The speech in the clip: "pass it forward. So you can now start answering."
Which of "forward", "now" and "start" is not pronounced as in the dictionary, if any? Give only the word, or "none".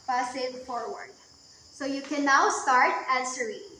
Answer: none